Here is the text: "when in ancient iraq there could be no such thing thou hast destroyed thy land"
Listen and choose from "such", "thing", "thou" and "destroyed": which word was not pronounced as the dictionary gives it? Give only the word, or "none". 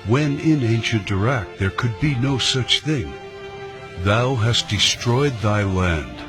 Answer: none